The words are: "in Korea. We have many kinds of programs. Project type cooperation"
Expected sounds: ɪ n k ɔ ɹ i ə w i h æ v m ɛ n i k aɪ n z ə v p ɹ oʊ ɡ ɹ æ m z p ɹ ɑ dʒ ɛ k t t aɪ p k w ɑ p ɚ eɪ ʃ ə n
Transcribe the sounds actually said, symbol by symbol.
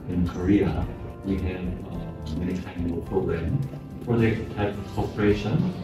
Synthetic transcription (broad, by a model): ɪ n k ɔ ɹ i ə w i h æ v m ɛ n i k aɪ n ə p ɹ oʊ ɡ ɹ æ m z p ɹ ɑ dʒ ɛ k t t aɪ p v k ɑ p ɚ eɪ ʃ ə n